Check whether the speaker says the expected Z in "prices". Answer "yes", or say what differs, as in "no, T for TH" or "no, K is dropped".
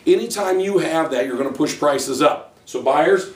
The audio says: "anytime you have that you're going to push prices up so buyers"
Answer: yes